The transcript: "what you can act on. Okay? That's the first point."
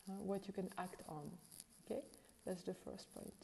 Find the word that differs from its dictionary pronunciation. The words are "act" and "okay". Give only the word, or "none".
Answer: none